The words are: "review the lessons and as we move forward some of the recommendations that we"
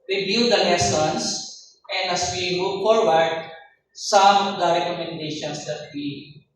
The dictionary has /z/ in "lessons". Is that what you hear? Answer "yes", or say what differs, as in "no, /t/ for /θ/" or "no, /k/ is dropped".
no, /s/ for /z/